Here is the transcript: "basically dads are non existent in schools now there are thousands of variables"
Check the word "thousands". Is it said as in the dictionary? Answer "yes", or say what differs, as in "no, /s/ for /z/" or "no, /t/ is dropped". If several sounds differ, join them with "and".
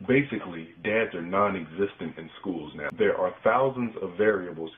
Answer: yes